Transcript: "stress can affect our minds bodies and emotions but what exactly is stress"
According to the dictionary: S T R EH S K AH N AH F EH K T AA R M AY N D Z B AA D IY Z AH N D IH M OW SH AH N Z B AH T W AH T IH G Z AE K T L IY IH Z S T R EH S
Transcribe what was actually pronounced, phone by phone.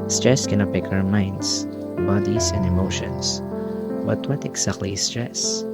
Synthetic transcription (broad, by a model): S T R EH S K AH N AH P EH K AA R M AY N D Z B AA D IY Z AH N D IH M OW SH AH N S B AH T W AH T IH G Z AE K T L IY S T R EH S